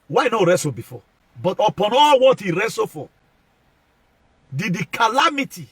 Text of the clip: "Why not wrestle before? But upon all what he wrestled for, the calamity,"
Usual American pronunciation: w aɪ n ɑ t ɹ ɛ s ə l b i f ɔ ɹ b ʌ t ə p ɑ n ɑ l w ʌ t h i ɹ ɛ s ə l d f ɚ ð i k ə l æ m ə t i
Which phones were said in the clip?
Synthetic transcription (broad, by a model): w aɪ n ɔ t ɹ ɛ s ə b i f ɔ b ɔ t ə p ɑ n ɑ l w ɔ t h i ɹ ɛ s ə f d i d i k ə l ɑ m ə t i